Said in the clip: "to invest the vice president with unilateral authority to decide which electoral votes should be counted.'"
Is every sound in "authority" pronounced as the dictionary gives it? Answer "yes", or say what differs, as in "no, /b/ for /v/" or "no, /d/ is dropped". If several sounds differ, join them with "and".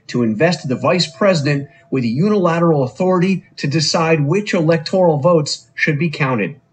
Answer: yes